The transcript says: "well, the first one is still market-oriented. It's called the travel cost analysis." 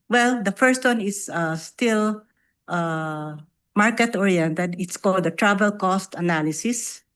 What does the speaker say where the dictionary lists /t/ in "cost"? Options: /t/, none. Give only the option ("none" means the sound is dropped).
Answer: /t/